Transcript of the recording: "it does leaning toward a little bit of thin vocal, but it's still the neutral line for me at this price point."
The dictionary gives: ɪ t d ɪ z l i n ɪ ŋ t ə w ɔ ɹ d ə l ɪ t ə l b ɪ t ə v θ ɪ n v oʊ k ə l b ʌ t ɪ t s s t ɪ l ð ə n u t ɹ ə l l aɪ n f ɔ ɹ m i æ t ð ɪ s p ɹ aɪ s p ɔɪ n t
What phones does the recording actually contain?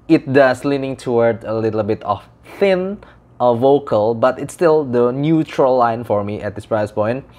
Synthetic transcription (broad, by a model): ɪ t d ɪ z l i n ɪ ŋ t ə w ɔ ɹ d ə l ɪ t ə l b ɪ t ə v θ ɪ n v oʊ k ə l b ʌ t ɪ t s s t ɪ l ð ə n u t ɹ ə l l aɪ n f ɔ ɹ m i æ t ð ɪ s p ɹ aɪ s p ɔɪ n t